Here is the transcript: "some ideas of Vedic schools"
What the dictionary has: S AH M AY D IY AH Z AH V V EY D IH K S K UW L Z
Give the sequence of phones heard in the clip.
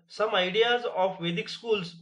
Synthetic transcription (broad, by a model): S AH M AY D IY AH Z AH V V EY D IH K S K UW L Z